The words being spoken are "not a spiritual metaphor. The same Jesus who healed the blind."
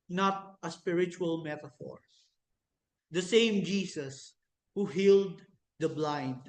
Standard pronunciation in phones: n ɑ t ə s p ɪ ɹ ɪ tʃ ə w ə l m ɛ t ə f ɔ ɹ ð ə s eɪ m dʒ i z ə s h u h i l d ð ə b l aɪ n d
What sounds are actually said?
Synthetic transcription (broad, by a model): n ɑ t ə s p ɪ ɹ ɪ tʃ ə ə l m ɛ t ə f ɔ ɹ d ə s eɪ m dʒ i s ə s h u h i l d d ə b l aɪ n d